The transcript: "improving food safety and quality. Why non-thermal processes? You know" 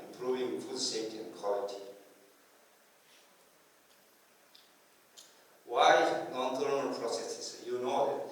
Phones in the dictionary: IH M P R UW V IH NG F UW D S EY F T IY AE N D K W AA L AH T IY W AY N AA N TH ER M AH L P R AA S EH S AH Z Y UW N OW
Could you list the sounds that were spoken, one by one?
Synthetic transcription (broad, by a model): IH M P R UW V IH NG F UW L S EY T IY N K W AA L AH T IY W AY N AA N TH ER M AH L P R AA S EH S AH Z Y UW N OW